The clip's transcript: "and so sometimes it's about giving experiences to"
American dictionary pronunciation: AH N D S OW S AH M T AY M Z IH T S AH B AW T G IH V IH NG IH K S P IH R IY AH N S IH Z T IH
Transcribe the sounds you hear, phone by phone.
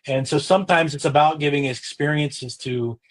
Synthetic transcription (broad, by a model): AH N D S OW S AH M T AY M Z IH T S AH B AW T G IH V IH NG IH K S P IH R IY AH N S IH Z T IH